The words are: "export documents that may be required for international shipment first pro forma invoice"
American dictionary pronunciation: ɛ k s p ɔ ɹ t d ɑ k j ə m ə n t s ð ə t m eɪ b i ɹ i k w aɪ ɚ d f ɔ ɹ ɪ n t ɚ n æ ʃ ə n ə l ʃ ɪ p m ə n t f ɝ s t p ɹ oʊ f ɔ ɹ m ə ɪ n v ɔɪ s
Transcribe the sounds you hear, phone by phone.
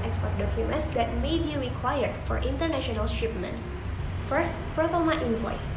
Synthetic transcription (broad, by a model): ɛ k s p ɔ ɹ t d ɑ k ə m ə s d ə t m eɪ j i ɹ i k w aɪ ɚ d f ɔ ɹ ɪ n t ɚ n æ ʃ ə n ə l ʃ ɪ p m ə n t f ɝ s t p ɹ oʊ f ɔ m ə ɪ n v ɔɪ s